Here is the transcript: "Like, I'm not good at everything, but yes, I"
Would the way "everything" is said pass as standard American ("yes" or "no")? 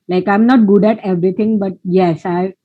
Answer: no